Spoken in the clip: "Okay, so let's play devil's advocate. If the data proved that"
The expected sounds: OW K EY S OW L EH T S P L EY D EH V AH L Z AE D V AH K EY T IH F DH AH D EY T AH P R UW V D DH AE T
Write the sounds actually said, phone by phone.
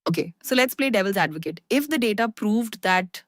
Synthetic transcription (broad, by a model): OW K EY S OW L EH T S P L EY D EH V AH L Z AE D V AH K EY T IH F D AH D EY T AH P R UW V D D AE T